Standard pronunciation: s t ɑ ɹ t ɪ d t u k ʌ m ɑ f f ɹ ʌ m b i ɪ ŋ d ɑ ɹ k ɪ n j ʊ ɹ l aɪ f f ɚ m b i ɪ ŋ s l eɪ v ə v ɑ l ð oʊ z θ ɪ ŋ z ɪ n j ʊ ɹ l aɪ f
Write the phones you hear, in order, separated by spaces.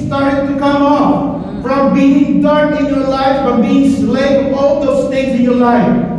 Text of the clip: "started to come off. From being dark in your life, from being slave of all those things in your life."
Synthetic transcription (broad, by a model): s t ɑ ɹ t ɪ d t u k ʌ m ɑ f f ɹ ʌ m b i ɪ ŋ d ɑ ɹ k ɪ n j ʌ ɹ l aɪ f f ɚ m b i ɪ ŋ s l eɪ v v ɑ l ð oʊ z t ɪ z ɪ n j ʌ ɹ l aɪ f